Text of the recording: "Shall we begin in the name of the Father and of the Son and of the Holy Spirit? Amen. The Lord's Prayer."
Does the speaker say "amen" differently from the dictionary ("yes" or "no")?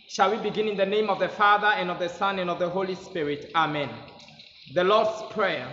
no